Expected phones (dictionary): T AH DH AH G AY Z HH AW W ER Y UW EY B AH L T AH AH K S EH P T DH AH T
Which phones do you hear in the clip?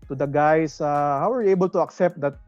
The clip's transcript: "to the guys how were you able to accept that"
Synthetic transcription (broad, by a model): T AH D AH G AY S HH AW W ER Y UW EY B AH L T AH AH K S EH P T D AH T